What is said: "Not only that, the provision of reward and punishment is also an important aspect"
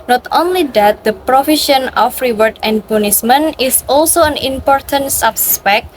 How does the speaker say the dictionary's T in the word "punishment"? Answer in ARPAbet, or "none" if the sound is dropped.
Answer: none